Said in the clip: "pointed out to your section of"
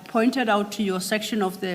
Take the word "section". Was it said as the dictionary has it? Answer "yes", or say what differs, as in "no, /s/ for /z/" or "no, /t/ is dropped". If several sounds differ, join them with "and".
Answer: yes